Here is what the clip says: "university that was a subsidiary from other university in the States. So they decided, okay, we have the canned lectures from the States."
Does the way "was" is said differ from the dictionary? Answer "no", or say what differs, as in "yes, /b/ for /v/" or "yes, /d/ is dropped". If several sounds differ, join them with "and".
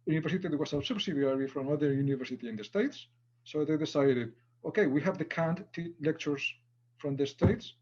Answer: yes, /s/ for /z/